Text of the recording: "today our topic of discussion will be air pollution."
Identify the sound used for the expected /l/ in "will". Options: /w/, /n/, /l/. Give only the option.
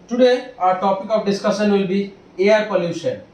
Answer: /l/